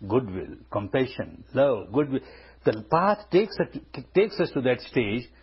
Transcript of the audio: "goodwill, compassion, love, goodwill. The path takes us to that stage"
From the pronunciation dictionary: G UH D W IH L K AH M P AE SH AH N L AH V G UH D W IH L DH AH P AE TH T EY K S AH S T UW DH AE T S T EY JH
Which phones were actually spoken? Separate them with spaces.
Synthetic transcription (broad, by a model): G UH D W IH L K AH M P AE SH AH N L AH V G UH D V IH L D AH P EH S T EY K S AH S T UW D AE T S T EY JH